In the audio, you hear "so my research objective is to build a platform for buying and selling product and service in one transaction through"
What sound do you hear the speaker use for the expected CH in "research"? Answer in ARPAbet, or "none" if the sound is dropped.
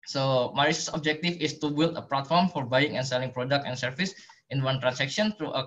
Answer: S